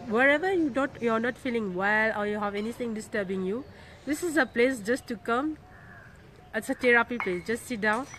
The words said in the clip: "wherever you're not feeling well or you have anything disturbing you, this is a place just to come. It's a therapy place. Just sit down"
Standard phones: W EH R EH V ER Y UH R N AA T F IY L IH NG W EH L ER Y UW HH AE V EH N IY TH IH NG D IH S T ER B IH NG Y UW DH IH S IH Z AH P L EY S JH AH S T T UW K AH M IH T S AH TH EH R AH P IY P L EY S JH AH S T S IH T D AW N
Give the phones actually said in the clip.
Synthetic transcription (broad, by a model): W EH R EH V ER Y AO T N AA T F IY L IH NG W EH L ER Y UW HH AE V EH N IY T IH NG D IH S T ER B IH NG Y UW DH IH S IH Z AH P L EY S JH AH S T T UW K AH M IH T S AH T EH R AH P IY P L EY S JH AH S T S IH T D AW N